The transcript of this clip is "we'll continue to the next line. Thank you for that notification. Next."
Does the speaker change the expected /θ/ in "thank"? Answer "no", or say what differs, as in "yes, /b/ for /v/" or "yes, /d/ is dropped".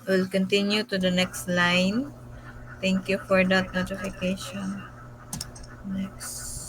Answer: yes, /t/ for /θ/